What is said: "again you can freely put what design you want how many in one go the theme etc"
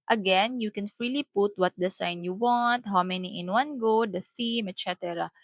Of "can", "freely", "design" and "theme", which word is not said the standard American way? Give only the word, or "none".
design